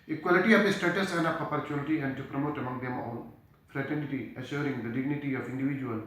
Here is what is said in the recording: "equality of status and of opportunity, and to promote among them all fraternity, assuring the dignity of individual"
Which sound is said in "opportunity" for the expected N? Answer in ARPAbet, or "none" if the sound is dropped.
L